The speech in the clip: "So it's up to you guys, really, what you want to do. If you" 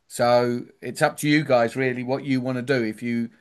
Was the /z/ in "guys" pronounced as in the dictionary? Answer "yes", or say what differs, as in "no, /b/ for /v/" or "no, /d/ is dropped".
yes